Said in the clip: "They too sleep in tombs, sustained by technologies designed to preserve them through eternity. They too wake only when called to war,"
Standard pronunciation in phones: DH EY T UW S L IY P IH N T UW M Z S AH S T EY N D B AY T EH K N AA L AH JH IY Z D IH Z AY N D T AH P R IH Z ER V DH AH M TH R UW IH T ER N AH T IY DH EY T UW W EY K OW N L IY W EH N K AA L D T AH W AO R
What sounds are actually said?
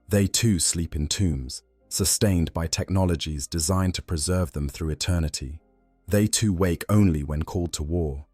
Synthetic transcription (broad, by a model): DH EY T UW S L IY P IH N T UW M Z S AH S T EY N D B AY T EH K N AA L AH JH IY Z D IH Z AY N T AH P R IH Z ER V DH AH M TH R UW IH T ER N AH T IY DH EY T UW W EY K OW N L IY W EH N K AA L D T AH W AO R